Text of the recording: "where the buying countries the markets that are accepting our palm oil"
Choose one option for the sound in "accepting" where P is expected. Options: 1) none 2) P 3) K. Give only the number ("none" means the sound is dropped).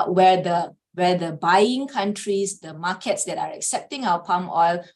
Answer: 2